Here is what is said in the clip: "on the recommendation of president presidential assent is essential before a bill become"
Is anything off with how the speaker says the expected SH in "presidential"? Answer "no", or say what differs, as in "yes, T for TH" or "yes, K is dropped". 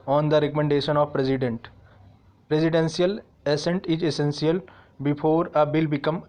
yes, S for SH